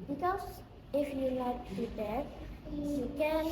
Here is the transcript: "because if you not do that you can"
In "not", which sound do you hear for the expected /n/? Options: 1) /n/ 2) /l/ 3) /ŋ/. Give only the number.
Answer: 2